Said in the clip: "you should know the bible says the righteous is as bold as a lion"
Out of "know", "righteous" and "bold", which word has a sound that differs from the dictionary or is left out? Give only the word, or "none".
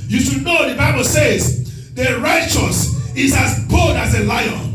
bold